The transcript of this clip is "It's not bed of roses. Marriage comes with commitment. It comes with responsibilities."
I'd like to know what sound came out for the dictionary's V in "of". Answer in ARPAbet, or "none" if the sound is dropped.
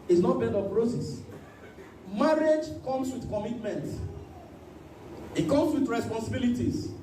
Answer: P